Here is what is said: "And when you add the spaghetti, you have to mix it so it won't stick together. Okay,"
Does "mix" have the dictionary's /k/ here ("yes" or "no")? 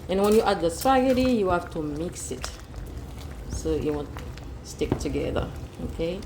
yes